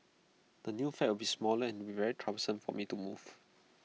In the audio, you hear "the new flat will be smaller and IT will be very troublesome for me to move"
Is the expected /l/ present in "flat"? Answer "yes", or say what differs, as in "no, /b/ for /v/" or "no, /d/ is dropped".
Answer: no, /l/ is dropped